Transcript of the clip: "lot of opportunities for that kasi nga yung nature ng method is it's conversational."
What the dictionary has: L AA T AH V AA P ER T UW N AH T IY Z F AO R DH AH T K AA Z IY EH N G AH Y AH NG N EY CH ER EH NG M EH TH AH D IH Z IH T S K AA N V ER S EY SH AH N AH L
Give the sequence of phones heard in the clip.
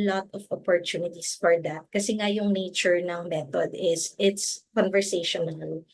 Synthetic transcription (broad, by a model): L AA T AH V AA P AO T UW N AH T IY S F AO R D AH T K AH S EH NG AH Y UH NG N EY CH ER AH NG M EH T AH D IH S IH T S K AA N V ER S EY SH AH N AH L